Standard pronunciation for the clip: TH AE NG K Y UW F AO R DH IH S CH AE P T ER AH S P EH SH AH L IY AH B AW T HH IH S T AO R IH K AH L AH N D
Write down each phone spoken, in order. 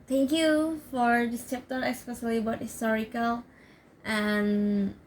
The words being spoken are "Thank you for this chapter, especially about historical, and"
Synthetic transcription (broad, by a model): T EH NG K Y UW F AO R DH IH S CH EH P T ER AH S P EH S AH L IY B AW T HH IH S T AO R IH K AH L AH N